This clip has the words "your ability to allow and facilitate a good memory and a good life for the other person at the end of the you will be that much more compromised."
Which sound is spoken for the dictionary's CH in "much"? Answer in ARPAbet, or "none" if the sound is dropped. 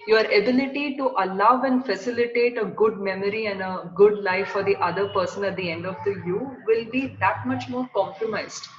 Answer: CH